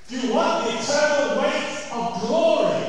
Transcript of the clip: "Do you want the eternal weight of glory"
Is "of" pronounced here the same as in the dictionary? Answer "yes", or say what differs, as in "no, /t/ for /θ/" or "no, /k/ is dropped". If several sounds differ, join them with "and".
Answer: yes